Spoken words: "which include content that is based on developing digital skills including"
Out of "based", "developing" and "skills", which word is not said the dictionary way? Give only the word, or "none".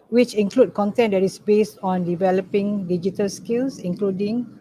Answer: skills